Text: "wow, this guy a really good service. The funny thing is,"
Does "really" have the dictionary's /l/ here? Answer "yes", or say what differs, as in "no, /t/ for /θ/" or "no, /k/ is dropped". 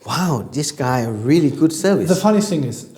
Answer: yes